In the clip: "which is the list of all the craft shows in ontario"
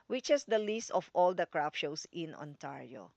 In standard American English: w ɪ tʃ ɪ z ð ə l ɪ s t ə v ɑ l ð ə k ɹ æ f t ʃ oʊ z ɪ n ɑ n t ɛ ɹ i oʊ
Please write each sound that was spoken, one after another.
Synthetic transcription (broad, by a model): w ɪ tʃ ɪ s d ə l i s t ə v ɑ l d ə k ɹ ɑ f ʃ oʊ s ɪ n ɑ n t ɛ ɹ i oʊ